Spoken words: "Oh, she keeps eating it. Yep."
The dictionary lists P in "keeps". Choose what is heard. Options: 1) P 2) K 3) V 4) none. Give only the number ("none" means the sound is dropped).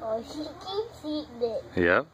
4